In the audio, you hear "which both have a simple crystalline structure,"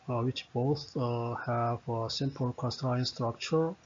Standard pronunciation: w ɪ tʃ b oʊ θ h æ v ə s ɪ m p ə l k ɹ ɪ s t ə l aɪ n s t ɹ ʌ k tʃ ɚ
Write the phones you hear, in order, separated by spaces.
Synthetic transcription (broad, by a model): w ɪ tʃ b oʊ θ h æ v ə s ɪ m p ə l k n s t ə aɪ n s t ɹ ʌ k tʃ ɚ